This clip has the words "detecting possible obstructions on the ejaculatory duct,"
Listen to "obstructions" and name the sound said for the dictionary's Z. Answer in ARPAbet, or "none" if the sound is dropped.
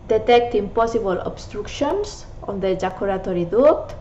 S